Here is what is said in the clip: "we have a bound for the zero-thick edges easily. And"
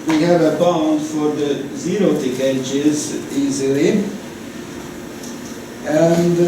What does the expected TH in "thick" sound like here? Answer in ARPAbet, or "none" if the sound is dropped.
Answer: T